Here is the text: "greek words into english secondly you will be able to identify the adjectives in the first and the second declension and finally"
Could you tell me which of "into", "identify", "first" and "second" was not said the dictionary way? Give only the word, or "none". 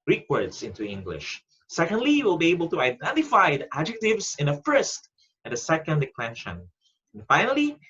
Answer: none